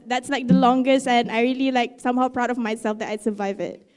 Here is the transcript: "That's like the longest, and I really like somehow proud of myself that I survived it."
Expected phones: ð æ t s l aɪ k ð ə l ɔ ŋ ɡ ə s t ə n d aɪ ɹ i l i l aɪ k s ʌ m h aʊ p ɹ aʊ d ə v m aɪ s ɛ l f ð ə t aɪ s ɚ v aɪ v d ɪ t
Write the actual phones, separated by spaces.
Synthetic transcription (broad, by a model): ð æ t s l aɪ k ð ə l ɔ ŋ ɡ ə s t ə n aɪ ɹ i l i l aɪ k s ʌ m h aʊ p ɹ aʊ d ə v m aɪ s ɛ l f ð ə t aɪ s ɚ v aɪ v ɪ t